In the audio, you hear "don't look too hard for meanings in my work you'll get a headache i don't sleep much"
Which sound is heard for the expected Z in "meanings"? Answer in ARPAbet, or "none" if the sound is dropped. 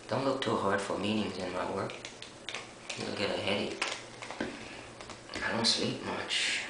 Z